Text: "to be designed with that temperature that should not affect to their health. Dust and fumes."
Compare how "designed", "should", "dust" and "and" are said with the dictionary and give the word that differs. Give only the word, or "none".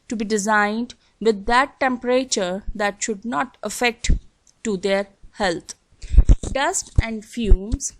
none